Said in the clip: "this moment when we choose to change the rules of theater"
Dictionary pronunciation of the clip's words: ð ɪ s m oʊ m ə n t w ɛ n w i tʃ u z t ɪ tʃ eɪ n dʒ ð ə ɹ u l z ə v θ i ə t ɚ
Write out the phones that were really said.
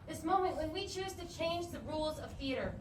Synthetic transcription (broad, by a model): ð ɪ s m oʊ m ə n t w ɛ n w i tʃ u z t ɪ tʃ eɪ n dʒ ð ə ɹ u l z ə v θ i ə t ɚ